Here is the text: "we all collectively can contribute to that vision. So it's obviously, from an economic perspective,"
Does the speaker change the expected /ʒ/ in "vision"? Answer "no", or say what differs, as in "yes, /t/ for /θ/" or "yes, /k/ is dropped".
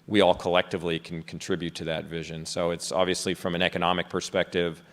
no